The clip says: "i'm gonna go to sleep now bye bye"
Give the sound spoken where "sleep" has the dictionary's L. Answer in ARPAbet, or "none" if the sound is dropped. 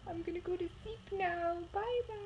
none